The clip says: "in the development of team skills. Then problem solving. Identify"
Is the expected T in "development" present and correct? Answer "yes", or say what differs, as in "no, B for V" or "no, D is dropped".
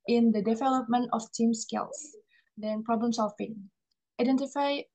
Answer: yes